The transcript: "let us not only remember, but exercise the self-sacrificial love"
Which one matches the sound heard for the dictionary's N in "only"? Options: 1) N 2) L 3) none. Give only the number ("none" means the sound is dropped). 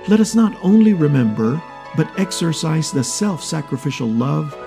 1